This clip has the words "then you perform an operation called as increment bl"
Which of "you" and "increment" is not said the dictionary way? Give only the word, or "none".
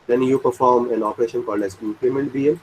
increment